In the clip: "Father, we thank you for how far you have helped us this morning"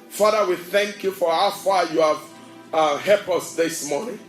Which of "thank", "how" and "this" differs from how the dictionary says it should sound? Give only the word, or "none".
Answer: none